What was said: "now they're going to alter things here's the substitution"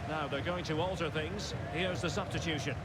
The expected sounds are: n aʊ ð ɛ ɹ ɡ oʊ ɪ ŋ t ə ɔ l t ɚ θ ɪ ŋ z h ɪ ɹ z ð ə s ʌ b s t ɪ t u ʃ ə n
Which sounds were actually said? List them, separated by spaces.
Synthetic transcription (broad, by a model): n aʊ ð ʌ ɹ ɡ oʊ ɪ ŋ t ə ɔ l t ɚ θ ɪ ŋ z h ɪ ɹ z ð ə s ʌ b s t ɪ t u ʃ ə n